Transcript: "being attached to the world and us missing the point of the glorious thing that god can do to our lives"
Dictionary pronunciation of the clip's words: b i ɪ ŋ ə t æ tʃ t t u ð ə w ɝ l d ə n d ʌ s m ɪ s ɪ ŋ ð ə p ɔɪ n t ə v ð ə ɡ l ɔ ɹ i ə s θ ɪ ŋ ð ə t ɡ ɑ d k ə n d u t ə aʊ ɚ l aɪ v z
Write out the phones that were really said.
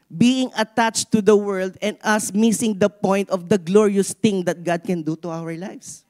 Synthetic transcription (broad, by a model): b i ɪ ŋ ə t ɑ tʃ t t u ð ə w ɝ l d ə n d ʌ s m ɪ s ɪ ŋ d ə p ɔɪ n t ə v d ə ɡ l ɔ ɹ i ə s t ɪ ŋ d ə t ɡ ɑ d k ə n d u t ə aʊ ɚ l aɪ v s